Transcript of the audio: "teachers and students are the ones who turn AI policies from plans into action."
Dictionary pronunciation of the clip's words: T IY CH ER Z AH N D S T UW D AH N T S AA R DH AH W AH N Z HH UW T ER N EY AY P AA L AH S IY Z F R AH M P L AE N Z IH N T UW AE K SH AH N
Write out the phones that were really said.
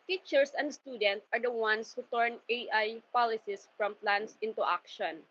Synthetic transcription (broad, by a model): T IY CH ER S AH N D S T UW D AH N T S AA R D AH W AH N S HH UW T ER N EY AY P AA L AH S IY S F R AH M P L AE N S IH N T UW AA K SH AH N